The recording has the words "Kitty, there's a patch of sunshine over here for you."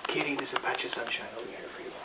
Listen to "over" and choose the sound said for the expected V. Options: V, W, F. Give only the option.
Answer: W